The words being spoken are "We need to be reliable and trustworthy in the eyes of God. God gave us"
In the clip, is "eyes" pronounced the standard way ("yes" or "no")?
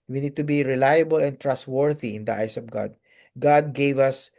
no